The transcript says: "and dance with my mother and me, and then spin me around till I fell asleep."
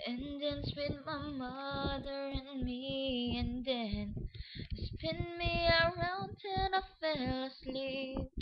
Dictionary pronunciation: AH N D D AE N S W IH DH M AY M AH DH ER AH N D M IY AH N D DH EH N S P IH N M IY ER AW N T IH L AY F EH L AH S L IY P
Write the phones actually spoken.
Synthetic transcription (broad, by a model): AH N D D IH N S W IH DH M AY M AH DH ER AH N M IY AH N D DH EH N S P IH N M IY ER AW N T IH N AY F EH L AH S L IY